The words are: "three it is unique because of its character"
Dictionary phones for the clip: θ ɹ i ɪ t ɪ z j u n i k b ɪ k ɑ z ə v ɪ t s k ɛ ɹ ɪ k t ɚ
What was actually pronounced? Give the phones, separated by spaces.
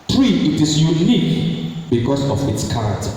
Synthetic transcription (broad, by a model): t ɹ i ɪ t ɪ s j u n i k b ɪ k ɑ s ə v ɪ t s k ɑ ɹ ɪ k t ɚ